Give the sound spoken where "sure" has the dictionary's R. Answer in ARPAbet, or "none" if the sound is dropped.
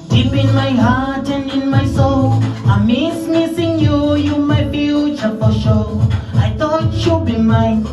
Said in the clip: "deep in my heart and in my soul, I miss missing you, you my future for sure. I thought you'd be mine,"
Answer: L